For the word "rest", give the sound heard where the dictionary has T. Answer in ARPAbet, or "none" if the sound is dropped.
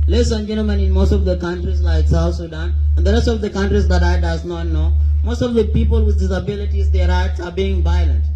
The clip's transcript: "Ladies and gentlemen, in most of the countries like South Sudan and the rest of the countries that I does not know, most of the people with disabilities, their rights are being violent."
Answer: T